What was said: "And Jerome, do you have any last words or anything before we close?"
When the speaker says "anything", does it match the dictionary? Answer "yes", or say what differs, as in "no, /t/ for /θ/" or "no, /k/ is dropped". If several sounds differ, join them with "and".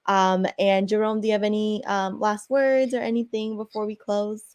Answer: yes